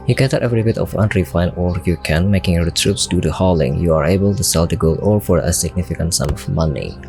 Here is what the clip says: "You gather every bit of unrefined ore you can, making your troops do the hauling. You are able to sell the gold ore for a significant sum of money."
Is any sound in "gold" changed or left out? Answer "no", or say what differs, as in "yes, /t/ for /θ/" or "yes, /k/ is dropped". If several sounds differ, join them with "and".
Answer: yes, /d/ is dropped